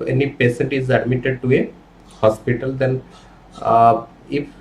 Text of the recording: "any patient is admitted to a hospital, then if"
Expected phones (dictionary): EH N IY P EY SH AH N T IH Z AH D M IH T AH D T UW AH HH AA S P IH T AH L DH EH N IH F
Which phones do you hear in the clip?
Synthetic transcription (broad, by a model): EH N IY P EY S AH N T IH Z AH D M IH T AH D T UW AH HH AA S P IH T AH L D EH N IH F